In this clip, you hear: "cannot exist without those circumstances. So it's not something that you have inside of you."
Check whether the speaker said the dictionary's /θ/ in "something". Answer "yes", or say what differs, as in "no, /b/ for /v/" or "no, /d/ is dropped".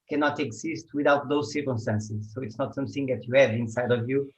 yes